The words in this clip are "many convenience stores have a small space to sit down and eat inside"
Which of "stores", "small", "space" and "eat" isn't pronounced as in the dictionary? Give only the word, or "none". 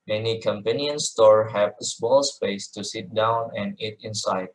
stores